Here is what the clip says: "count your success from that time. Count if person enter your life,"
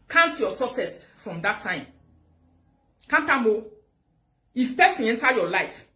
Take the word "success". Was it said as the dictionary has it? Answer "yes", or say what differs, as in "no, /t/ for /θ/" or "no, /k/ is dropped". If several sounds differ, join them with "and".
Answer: no, /k/ is dropped